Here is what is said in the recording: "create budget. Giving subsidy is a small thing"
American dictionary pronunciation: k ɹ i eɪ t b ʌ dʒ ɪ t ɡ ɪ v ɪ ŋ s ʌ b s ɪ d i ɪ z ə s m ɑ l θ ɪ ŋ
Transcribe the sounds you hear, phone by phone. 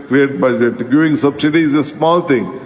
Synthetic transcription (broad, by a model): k ɹ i eɪ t b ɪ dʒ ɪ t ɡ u ɪ ŋ s ʌ b s ɪ d i ɪ z ə s m ɑ l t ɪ ŋ